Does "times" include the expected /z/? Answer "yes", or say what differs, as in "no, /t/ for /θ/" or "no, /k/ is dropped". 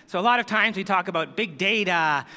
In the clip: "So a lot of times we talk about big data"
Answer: yes